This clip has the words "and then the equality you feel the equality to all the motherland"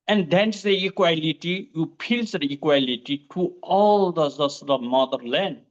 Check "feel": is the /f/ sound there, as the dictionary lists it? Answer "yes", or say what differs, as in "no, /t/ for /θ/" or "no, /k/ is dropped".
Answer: no, /p/ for /f/